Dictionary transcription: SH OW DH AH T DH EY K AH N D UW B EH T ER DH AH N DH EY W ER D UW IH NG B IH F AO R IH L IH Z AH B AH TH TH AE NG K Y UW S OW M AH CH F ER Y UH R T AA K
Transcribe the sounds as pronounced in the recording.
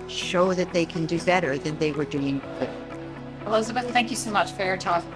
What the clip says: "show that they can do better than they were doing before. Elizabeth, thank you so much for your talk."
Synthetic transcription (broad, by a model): SH OW DH AH T DH EY K AH N D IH B EH T ER DH AH N DH EY W ER D UW IH NG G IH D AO L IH UH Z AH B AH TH TH AE NG K Y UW S OW M AH CH F ER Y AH R T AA